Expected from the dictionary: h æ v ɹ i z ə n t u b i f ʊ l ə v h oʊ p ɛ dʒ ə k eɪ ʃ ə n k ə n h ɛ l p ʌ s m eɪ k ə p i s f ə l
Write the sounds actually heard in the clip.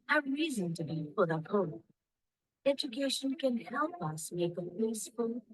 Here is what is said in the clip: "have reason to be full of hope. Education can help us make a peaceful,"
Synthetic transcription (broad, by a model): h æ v ɹ i z ə n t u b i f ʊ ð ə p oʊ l ɛ dʒ ə k eɪ ʃ ə n k ə n h ɛ l p ʌ s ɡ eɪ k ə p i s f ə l